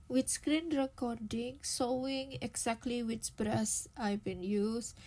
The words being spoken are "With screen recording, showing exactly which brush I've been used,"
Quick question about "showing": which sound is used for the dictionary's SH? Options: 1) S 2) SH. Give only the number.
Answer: 1